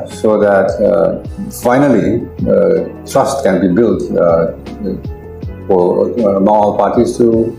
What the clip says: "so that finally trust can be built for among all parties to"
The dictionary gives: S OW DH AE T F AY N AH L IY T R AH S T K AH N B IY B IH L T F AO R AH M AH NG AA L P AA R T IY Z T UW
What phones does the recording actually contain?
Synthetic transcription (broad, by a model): S OW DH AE T F AY N AH L IY T R AH S T K AH N B IY B IH L T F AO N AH AH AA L P AA R T IY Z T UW